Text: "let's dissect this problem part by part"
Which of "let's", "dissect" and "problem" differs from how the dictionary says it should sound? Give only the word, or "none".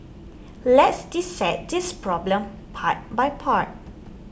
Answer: dissect